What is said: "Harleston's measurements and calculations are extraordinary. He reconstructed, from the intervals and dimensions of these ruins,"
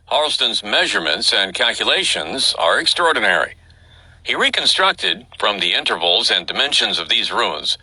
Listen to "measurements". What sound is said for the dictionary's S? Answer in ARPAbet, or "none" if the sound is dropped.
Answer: S